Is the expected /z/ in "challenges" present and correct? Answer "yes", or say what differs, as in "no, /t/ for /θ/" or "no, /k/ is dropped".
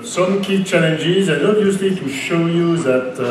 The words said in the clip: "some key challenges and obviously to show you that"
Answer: yes